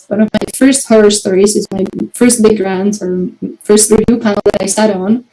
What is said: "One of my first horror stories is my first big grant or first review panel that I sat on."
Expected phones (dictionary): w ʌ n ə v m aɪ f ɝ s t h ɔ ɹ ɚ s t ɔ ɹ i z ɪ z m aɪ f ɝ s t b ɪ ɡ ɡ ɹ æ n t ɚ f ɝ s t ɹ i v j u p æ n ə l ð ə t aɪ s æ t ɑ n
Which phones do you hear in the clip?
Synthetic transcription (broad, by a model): w ʌ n ə v m aɪ f ɝ s t h ɔ ɹ ɚ s t ɔ ɹ i z ɪ z m aɪ f ɝ s t b ɪ ɡ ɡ ɹ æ n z ɚ f ɝ s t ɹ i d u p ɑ ə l ð ə t aɪ s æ t n